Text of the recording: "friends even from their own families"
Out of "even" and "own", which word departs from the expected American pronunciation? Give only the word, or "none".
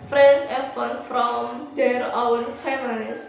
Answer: even